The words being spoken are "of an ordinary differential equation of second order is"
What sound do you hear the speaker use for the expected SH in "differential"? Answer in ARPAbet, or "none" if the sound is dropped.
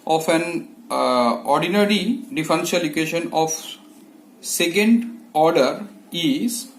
S